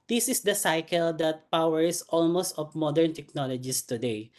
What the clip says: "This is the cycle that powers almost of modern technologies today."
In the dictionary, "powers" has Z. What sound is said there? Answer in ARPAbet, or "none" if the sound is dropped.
S